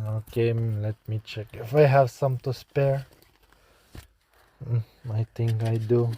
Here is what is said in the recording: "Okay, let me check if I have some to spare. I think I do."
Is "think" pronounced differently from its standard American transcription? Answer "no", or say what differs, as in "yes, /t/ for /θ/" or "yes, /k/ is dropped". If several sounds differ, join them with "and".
yes, /t/ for /θ/